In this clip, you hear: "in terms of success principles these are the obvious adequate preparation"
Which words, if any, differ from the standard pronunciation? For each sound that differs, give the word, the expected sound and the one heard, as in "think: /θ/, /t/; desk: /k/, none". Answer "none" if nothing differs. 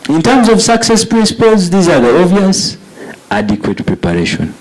obvious: /b/, none